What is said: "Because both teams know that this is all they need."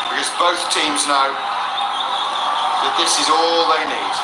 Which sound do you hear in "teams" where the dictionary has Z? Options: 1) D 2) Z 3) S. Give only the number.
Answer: 2